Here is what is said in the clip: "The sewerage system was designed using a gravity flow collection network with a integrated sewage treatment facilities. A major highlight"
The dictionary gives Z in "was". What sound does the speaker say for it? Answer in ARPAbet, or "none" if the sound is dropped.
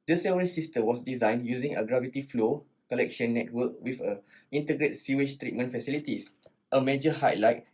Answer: S